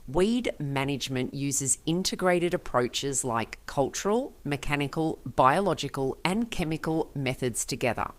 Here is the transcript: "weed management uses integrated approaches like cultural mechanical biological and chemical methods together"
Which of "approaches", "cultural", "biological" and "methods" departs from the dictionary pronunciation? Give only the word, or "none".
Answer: none